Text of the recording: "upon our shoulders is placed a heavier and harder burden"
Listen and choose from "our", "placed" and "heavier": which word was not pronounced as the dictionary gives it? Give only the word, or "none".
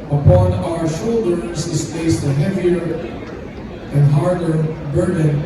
placed